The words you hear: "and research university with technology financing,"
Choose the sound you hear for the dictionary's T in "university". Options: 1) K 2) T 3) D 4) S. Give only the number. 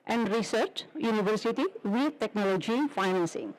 2